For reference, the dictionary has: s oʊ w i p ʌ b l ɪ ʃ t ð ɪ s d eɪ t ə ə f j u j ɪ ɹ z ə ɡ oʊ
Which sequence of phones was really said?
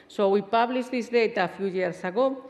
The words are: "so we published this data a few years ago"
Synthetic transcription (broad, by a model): s oʊ w i p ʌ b l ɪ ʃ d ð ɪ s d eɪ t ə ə f j u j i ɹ s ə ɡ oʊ